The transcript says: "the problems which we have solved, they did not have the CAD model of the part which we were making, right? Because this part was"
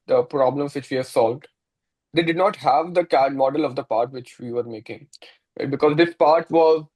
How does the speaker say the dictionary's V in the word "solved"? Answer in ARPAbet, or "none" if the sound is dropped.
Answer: V